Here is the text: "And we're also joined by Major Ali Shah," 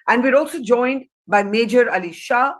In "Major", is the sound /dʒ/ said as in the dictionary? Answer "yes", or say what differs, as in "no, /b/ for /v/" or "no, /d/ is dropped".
yes